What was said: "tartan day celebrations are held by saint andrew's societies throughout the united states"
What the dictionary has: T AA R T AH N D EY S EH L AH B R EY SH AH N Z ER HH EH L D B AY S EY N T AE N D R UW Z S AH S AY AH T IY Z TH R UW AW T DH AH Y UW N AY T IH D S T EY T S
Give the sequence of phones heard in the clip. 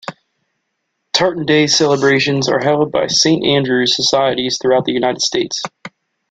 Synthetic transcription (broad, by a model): T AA R T N D EY S EH L AH B R EY SH AH N Z ER HH EH L D B AY S EY N T AE N D R UW Z S AH S AY AH T IY Z TH R UW AW T DH AH Y UW N AY T IH D S T EY T S